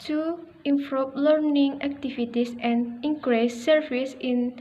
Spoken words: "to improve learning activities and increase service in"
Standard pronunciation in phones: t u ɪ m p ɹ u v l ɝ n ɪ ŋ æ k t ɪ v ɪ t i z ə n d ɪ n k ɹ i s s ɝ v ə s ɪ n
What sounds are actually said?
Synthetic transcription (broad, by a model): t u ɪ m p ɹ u p l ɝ n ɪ ŋ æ k t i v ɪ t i s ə n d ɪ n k ɹ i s s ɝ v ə s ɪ n